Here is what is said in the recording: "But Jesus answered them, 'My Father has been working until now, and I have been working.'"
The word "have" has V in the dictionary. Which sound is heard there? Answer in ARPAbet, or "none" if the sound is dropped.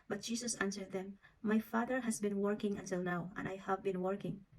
V